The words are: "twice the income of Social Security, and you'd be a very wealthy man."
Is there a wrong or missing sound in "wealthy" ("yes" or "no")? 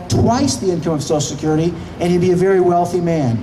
no